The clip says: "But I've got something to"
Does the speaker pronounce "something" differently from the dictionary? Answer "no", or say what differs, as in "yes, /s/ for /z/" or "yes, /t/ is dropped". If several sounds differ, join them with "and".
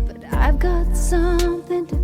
no